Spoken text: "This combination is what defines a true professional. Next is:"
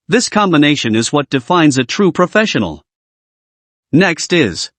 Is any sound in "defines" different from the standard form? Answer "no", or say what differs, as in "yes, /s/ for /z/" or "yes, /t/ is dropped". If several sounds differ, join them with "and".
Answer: no